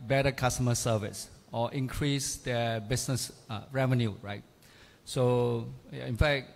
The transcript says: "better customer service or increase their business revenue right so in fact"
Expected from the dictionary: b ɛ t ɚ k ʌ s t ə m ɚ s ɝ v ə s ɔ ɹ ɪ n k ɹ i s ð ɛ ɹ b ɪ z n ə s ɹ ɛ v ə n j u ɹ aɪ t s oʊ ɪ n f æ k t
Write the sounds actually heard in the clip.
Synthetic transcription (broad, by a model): b ɛ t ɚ k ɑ s t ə m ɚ s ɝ v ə s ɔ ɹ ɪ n k ɹ i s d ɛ b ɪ s n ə s ɹ ɛ v ə n j u ɹ aɪ t s oʊ ɪ n f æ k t